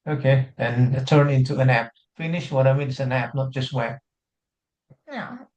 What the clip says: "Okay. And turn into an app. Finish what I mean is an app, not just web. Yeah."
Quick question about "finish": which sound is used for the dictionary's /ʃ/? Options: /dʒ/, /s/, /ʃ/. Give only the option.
/ʃ/